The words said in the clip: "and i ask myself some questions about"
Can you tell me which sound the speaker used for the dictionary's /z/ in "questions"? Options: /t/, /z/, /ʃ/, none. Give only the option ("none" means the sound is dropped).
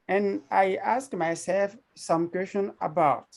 none